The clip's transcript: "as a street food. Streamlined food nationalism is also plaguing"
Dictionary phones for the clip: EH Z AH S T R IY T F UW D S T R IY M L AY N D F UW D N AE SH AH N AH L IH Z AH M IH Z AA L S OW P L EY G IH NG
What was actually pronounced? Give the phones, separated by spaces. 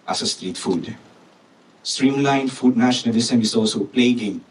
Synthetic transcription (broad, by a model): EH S AH S T R IY T F UW D S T R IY M L AY N F UW D N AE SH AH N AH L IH S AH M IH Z AA L S OW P L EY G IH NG